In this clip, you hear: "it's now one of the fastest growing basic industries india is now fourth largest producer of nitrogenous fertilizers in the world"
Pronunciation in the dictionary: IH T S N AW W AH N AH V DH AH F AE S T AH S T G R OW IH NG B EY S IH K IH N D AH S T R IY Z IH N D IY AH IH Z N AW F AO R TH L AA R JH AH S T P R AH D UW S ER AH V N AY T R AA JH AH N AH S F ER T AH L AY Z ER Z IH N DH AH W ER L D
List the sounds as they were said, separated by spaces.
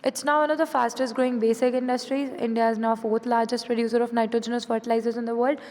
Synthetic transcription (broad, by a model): IH T S N AW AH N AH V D AH F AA S T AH S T G R OW IH NG B EY S IH K IH N D AH S T R IY Z IH N D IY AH IH Z N AW F AO R T L AA R JH AH S T P R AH D UW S ER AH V N AY T R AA JH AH N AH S F ER T AH L AY Z ER Z IH N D AH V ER L D